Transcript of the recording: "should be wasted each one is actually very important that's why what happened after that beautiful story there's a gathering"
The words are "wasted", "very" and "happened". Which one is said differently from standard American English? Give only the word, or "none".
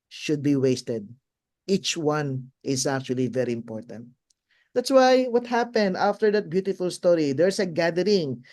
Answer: none